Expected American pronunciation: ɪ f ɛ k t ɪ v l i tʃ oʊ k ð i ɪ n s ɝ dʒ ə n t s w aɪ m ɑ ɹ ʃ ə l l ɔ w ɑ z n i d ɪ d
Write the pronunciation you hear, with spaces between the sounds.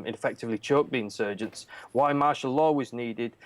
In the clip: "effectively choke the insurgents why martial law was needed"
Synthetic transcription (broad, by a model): ɪ f ɛ k t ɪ v l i tʃ oʊ k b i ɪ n s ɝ dʒ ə n t s w aɪ m ɑ ɹ ʃ ə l l ɔ w ɑ z n i d ɪ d